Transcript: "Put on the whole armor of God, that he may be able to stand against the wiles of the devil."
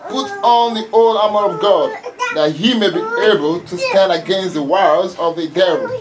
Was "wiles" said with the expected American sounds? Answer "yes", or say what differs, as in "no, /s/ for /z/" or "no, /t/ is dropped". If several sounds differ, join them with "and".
no, /l/ is dropped